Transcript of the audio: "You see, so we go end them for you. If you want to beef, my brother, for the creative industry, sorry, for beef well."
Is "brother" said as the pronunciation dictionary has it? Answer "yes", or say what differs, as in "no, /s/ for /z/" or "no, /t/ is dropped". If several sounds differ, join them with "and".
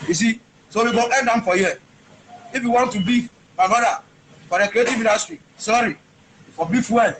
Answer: no, /ɹ/ is dropped